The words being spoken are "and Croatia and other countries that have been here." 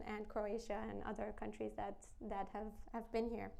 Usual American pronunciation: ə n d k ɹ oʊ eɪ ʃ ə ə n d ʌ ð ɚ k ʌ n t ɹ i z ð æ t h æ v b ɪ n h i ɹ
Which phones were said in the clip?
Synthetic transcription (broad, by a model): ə n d k ɹ oʊ eɪ ʃ ə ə n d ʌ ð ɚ k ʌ n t ɹ i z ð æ t h æ v b ɪ n h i ɹ